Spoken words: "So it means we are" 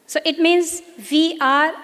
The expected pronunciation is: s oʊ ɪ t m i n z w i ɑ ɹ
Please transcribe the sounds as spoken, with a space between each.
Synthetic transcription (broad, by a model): s oʊ ɪ t m i n z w i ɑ ɹ